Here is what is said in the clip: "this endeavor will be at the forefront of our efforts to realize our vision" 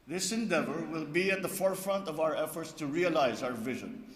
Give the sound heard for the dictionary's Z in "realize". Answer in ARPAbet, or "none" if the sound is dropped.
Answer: Z